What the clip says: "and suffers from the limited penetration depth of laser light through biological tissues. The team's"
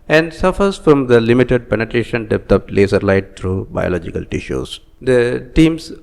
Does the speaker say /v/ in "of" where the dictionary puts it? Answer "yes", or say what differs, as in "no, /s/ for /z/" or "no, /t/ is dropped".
no, /p/ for /v/